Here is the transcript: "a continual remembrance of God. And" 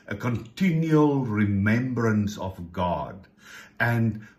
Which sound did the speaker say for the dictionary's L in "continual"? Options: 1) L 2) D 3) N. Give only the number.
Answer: 1